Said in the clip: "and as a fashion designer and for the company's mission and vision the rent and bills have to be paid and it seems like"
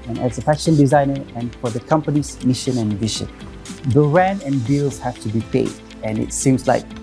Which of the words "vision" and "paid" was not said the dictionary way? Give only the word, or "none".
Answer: vision